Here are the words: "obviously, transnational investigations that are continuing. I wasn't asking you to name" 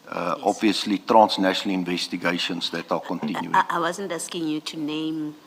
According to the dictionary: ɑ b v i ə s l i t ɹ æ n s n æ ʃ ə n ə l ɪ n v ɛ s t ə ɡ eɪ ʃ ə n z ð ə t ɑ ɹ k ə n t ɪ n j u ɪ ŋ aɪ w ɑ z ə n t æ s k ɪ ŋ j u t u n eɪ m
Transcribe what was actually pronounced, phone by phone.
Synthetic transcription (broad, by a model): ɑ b v i ə s l i t ɹ æ n s n æ ʃ ə n ə l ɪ n v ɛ s t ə ɡ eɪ ʃ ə n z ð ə t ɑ l k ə n t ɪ n j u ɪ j w ɑ z ə n t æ s k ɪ ŋ j u t u n eɪ m